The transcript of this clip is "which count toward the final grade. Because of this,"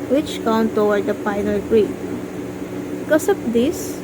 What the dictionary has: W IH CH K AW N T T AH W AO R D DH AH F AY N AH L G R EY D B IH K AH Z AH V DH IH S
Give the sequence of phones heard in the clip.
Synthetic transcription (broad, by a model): W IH CH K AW N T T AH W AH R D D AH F AY N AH L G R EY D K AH S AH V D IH S